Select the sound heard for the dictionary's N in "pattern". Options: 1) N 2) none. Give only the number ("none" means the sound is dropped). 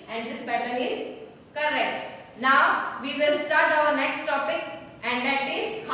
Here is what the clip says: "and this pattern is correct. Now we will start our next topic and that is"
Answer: 2